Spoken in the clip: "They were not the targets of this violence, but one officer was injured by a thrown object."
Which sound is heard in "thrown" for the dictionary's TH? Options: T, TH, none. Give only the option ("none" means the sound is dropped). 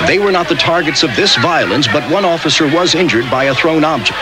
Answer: TH